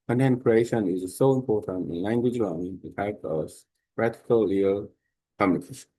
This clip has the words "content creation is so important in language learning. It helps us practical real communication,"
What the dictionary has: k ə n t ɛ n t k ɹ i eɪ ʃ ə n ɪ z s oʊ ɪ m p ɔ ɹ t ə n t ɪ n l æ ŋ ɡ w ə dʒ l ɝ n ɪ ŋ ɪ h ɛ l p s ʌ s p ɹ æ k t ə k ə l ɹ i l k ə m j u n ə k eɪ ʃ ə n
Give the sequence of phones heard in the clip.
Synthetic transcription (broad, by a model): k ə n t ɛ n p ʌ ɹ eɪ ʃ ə n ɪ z s oʊ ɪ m p ɔ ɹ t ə n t ɪ n l æ ŋ ɡ w ə dʒ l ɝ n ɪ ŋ ɪ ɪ p ʌ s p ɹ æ t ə k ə l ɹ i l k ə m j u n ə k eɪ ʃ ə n